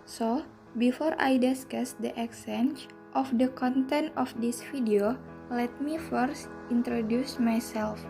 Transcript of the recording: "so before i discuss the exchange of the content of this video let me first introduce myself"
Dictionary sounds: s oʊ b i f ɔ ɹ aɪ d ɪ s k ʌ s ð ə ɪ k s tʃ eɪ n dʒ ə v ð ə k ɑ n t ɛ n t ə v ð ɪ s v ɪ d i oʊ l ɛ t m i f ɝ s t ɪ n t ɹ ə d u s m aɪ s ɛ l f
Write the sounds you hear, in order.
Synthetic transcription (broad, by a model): s oʊ b i f ɔ ɹ aɪ d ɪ s k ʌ s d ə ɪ k s eɪ n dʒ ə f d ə k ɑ n t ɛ n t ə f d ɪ s f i d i oʊ l ɛ t m i f ɝ s t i n t ɹ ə d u s m aɪ s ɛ l f